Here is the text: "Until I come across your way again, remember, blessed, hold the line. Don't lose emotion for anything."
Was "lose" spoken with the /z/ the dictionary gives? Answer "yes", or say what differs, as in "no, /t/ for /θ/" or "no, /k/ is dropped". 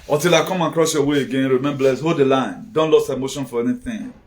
no, /s/ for /z/